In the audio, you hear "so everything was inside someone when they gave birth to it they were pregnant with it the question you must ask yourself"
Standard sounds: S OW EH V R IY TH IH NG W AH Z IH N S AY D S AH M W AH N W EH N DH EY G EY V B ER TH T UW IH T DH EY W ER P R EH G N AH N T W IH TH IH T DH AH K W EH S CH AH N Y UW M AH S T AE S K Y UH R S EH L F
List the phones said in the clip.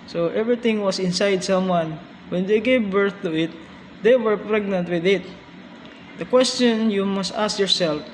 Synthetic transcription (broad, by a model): S OW EH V R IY T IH NG W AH S IH N S AY D S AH M W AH N W EH N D EY G EY V B ER TH T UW IH T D EY W ER P R EH G N AH N T W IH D IH T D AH K W EH S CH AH N Y UW M AH S T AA S K Y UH R S EH L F